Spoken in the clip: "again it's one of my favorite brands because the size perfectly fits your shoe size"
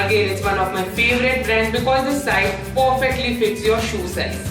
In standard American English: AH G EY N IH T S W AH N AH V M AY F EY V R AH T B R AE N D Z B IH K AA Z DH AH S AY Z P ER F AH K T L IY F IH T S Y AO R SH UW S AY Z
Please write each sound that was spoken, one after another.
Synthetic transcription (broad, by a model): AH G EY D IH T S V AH N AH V M AY F EY V R AH T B R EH N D B IH K AA Z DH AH S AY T P ER F AH K T L IY F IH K S Y AO R SH UW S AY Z